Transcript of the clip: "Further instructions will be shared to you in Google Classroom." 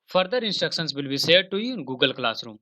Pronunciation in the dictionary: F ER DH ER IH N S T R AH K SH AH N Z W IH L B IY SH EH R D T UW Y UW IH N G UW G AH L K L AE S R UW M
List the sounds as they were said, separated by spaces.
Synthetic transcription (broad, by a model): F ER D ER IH N S T R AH K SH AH N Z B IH L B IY S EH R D T UW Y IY IH N G UW G AH L K L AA S R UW M